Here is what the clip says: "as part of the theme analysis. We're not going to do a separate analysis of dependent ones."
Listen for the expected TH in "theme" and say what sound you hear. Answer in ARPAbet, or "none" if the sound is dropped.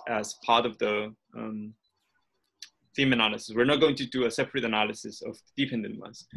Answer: F